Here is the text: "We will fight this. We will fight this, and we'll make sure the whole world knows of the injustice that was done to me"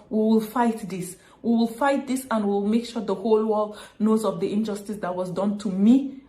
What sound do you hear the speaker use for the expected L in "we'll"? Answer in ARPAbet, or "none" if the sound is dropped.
L